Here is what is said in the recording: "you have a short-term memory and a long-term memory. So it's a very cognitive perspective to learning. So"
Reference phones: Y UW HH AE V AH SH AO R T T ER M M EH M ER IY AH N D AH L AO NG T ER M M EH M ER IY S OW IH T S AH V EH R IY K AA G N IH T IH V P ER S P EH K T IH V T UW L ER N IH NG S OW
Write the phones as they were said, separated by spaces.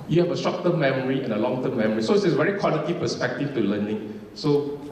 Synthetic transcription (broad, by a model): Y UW HH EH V AH S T R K T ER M M EH M ER IY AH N AH L AO NG T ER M M EH M ER IY S OW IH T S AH V EH R IY K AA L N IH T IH P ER S P EH K T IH F T UW L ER N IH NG S OW